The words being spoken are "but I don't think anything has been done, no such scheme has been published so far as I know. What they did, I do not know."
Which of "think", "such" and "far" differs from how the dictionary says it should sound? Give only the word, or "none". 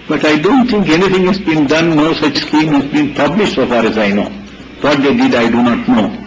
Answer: think